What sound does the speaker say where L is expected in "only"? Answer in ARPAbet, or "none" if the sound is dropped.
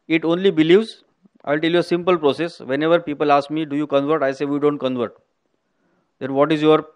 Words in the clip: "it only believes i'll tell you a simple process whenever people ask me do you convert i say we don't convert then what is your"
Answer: L